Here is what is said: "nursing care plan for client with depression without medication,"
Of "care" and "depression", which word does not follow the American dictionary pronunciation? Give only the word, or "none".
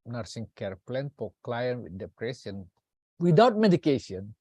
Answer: depression